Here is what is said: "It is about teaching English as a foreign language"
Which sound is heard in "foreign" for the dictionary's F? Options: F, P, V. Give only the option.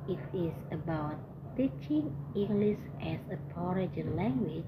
P